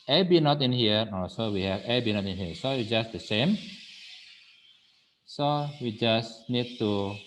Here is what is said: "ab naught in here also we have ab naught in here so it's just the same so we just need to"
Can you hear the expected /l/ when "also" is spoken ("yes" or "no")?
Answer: no